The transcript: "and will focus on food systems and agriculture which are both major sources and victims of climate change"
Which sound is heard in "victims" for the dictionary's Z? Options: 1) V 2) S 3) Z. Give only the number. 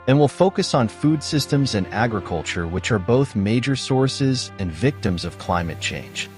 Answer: 3